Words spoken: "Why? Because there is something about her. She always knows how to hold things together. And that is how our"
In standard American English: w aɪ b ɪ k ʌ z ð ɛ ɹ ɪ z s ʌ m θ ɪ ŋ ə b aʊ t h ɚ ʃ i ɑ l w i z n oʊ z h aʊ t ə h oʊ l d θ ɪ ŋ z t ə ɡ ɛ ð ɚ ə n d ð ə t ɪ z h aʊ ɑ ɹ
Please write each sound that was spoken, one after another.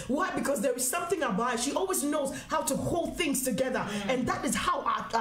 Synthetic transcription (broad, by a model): w aɪ b ɪ k ʌ z ð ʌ ɹ ɪ z s ʌ m θ ɪ ŋ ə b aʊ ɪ ʃ i ɑ l w i z n oʊ z h aʊ t ə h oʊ l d θ ɪ ŋ z t ə ɡ ɛ ð ɚ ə n ð ə t ɪ z h aʊ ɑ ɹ